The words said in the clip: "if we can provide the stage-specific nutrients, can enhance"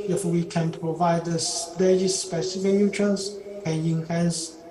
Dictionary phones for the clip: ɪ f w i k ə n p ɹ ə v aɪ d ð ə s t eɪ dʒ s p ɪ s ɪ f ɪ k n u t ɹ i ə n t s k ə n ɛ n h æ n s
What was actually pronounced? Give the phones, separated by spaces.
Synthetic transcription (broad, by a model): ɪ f w i k ə n p ɹ ə v aɪ d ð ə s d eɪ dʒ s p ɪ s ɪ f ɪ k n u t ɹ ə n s k ə n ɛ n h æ n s